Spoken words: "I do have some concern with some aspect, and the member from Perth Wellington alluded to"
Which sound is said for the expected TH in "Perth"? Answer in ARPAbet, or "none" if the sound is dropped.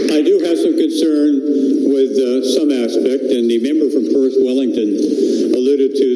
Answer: S